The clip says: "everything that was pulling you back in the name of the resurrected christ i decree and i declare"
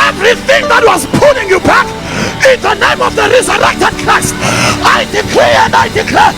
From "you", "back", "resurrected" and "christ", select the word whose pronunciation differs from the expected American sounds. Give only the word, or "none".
christ